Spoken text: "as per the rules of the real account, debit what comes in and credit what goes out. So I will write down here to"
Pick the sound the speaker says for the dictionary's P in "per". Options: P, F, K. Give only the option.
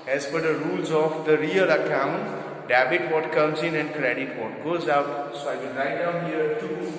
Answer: F